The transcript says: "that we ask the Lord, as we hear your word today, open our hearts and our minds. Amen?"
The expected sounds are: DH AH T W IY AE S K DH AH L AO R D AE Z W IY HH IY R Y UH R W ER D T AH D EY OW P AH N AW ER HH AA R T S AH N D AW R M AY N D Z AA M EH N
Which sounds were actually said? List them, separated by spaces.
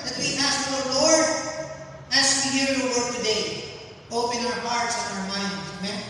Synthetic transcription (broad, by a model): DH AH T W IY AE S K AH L AO R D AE S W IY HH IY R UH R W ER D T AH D EY OW P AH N AW ER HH AA R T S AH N AW R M AY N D AA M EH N